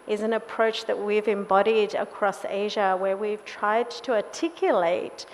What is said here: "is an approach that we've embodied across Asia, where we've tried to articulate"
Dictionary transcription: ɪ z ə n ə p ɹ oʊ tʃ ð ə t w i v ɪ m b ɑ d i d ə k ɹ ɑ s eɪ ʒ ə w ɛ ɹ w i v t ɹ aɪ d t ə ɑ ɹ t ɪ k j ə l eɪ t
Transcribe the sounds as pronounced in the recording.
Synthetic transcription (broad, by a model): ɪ z ə n ə p ɹ oʊ tʃ ð ə t w i v ɪ m b ɑ d i d ə k ɹ ɑ s eɪ ʒ ə w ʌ ɹ w i v t ɹ aɪ d t ə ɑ t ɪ k j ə l eɪ t